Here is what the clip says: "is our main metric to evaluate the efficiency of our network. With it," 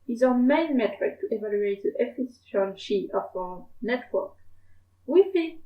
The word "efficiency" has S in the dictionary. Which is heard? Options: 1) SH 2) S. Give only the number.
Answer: 1